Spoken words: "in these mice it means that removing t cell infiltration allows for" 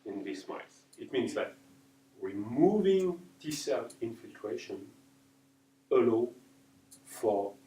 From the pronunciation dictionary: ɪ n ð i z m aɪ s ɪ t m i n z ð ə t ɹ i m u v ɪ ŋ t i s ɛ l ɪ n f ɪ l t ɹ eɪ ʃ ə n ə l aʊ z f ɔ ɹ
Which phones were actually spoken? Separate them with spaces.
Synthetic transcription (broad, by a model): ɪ n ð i s m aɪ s ɪ t m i n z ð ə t ɹ i m u v ɪ ŋ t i s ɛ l ɪ n f ɪ l t ɹ eɪ ʃ ə n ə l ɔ f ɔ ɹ